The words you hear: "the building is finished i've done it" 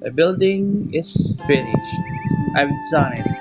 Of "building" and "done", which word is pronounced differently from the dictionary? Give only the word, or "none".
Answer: done